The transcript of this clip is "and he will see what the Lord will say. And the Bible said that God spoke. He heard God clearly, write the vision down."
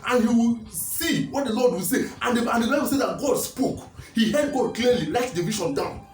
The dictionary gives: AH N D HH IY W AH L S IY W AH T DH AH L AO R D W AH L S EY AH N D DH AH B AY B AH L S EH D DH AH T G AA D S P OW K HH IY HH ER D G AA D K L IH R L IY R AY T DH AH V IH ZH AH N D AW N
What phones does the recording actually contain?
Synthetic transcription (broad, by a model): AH N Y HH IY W S IY W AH T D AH L AO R D W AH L S EY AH N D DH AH B AY B AH L S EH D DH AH T G AA D S P OW K HH IY HH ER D G AA D K L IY L IY L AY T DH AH V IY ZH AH N D AW N